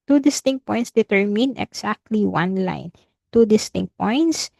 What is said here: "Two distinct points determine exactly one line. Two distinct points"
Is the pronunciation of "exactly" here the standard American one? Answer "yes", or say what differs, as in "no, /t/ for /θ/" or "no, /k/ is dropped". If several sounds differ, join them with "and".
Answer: no, /s/ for /z/